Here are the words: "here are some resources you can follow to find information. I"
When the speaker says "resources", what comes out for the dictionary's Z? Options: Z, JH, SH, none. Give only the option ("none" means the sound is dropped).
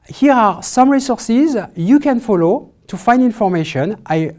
Z